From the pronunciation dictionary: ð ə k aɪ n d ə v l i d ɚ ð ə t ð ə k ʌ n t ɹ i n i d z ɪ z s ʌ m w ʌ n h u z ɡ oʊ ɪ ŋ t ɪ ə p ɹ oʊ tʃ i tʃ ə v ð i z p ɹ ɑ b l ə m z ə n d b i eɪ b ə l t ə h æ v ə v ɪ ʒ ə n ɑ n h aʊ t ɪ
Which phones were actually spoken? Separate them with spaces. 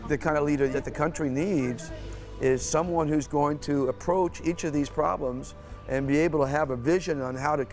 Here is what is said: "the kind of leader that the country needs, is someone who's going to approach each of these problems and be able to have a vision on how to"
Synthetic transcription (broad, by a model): ð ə k aɪ n d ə l i d ɚ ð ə t ð ə k ʌ n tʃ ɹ i n i d z ɪ z s ʌ m w ʌ n h u z ɡ oʊ ɪ ŋ t ɪ ə p ɹ oʊ tʃ i tʃ ə v ð i z p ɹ ɑ b l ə m z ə n b i eɪ b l t ə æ v ə v ɪ ʒ ə n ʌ n h aʊ t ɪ